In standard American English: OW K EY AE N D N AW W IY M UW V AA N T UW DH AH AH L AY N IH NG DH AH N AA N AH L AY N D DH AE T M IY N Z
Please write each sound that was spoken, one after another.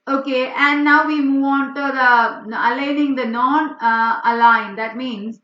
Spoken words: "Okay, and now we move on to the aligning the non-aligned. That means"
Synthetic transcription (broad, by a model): OW K EY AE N D N AW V IY M UW V AA N T UW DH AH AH L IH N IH NG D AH N AA N AH L AY N D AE T M IY N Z